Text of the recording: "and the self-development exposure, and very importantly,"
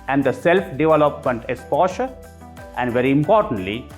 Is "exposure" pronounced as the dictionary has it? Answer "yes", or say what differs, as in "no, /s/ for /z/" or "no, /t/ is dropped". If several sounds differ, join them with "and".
no, /k/ is dropped and /ʃ/ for /ʒ/